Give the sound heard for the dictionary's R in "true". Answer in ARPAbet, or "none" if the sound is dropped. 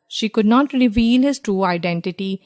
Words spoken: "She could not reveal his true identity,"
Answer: R